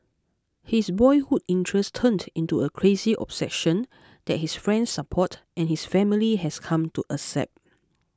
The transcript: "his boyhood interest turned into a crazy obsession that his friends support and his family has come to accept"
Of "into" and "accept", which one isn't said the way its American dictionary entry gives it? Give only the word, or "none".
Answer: accept